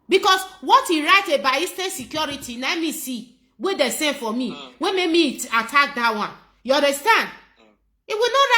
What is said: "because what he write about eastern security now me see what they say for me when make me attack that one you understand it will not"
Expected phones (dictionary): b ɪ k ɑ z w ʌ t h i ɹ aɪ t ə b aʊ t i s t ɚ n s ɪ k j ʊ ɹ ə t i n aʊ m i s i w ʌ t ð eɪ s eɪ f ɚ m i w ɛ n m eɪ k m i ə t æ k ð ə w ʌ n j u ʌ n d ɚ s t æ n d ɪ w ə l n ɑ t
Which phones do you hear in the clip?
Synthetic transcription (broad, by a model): b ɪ k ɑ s w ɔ t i ɹ aɪ t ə b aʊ i s t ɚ n s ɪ k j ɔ ɹ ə t i n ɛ m i s i w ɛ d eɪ s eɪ f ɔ m i w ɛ m eɪ k m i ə t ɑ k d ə w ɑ n j u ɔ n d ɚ s t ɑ n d ɪ w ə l n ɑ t